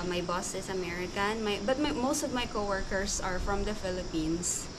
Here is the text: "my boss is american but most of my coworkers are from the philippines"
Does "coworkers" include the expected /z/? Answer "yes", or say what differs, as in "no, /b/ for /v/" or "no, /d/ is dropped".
no, /s/ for /z/